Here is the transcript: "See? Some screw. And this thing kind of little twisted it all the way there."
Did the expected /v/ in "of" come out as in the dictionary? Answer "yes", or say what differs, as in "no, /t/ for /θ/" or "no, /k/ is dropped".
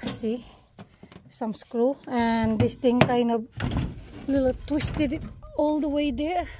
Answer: no, /b/ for /v/